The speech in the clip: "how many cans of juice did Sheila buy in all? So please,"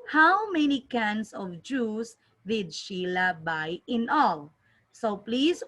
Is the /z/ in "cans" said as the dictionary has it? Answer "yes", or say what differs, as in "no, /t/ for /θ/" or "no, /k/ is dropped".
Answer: no, /s/ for /z/